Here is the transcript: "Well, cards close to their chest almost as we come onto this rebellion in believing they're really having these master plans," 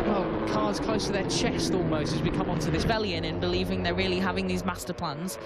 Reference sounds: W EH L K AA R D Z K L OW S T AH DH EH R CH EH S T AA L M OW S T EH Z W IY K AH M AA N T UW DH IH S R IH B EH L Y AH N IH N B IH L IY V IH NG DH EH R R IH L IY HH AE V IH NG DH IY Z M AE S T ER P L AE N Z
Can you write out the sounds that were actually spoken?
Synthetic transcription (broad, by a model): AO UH K AA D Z K L OW S T AH DH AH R CH EH S T AA L M OW S T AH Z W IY K AH M AA N T UW DH IH S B EH L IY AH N IH N B IH L IY V IH NG DH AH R R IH L IY HH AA V IH NG DH IY Z M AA S T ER P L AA N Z